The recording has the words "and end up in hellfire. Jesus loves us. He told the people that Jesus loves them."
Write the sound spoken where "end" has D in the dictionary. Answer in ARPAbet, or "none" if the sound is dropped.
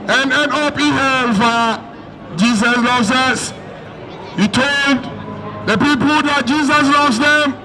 none